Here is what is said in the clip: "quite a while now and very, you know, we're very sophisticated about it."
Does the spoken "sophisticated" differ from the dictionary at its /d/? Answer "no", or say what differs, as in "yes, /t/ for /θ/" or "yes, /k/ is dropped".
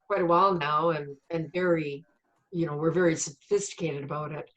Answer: no